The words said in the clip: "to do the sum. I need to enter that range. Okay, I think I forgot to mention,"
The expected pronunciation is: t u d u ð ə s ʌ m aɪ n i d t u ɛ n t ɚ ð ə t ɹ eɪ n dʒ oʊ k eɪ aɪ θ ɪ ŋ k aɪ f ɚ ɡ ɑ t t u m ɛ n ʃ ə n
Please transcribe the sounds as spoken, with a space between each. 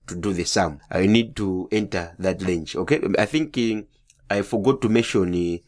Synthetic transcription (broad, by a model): t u d u ð ə s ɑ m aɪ n i d t u ɛ n t ɚ ð ə t l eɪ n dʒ oʊ k eɪ aɪ θ ɪ ŋ k aɪ f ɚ ɡ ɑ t t u m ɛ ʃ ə n